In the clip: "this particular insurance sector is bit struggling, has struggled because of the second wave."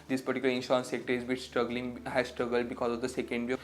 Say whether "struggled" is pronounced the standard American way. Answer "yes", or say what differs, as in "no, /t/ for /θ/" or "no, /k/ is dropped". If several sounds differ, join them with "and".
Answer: yes